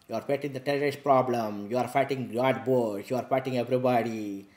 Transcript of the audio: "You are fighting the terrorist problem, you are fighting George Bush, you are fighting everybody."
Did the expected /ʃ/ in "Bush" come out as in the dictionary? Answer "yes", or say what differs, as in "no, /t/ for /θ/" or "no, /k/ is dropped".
no, /s/ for /ʃ/